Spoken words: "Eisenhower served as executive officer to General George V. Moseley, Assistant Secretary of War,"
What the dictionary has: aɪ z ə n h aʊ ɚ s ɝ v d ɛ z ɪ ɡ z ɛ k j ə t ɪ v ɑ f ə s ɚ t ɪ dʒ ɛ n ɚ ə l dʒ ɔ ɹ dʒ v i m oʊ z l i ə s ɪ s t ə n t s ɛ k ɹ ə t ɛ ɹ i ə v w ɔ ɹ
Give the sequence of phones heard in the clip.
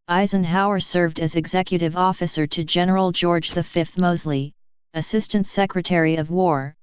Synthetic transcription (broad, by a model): aɪ z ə n h aʊ ɚ s ɝ v d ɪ z ɪ ɡ z ɛ k j ə t ɪ v ɑ f ə s ɚ t ɪ dʒ ɛ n ɚ l dʒ ɔ ɹ dʒ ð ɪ m oʊ z l i ə s ɪ s t ə n t s ɛ k ɹ ə t ɛ ɹ i ə v w ɔ ɹ